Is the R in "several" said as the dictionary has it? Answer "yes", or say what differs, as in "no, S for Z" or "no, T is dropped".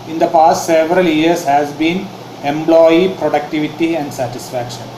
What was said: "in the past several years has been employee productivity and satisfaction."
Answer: yes